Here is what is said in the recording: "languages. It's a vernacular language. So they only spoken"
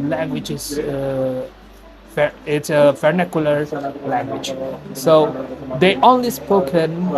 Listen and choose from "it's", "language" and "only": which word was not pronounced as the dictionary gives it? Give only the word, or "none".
none